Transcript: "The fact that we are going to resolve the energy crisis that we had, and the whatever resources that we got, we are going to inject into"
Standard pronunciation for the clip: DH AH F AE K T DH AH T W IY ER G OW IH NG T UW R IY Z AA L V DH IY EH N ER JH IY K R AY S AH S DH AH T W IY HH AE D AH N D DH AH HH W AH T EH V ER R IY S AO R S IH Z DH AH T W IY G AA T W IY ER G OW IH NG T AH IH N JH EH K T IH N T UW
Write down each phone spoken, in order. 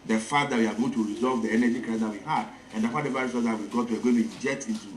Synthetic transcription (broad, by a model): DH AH F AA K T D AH T W IY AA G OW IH T UW R IY Z AA L V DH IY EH N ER JH IY K R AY AH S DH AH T W IY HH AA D AH N D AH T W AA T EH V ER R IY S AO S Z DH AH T W IY G AA T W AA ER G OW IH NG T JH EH T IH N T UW